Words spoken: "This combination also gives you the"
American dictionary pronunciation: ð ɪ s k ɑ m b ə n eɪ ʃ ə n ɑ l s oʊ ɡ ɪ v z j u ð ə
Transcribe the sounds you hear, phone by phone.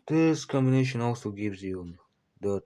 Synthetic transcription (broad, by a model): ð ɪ s k ɑ m b ə n eɪ ʃ ə n ɑ l s oʊ ɡ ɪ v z j u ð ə